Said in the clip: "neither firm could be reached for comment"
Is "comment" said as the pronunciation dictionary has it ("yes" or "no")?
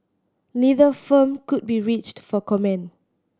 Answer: no